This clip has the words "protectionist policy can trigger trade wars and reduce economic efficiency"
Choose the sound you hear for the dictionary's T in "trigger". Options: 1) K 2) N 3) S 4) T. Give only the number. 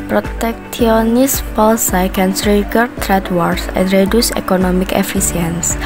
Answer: 3